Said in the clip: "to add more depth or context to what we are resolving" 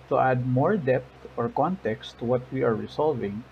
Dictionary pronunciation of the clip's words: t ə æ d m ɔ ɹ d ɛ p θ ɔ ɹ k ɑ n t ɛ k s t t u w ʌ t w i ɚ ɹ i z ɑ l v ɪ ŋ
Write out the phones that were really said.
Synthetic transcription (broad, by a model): t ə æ d m ɔ ɹ d ɛ p t ɔ ɹ k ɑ n t ɛ k s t t u w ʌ t w i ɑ ɹ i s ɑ l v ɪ ŋ